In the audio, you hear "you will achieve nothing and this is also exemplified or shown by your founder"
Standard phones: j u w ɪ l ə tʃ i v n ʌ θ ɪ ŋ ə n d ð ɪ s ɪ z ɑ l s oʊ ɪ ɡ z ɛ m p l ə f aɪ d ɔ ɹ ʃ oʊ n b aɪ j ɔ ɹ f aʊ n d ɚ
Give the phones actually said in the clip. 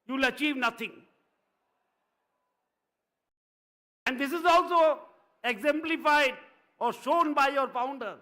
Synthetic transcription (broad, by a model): j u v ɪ l ə tʃ i v n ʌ t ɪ ŋ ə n d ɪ s ɪ z ɑ l s oʊ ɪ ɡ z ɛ m p l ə f aɪ d ɔ ɹ ʃ oʊ n b aɪ j ɔ ɹ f aʊ n d ɚ